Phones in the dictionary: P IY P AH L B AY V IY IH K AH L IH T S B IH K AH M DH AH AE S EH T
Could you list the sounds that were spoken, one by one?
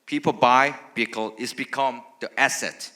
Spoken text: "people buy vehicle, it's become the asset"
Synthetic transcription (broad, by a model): P IY P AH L B AY B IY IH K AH L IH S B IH K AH M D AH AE S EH T